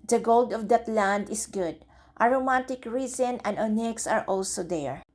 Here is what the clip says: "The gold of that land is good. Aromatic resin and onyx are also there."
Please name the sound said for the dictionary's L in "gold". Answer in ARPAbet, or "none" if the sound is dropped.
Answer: L